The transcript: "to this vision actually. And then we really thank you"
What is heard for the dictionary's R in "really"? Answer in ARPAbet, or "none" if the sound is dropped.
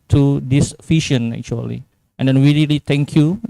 L